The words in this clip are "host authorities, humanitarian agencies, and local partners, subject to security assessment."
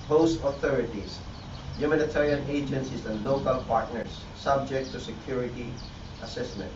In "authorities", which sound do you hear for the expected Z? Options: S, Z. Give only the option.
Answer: S